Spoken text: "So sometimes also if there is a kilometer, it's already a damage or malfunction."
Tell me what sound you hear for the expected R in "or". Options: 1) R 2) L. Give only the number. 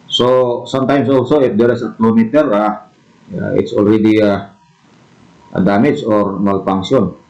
1